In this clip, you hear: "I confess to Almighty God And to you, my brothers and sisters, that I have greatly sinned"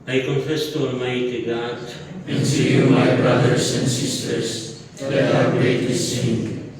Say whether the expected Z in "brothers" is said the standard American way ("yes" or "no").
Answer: no